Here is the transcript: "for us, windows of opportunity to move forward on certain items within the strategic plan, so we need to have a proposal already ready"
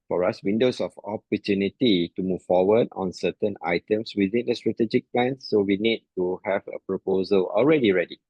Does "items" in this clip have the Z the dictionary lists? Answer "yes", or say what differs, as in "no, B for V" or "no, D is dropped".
no, S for Z